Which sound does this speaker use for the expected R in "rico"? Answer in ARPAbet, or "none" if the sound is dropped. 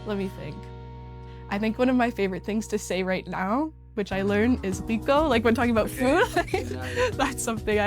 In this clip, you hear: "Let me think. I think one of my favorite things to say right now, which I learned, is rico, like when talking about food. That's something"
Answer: W